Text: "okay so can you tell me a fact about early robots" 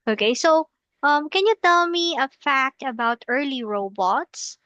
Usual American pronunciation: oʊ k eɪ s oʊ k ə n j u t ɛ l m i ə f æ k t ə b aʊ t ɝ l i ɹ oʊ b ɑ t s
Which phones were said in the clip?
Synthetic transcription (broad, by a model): oʊ k eɪ s oʊ k ə n j u t ɛ l m i ə f æ k t ə b aʊ t ɝ l i ɹ oʊ b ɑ t s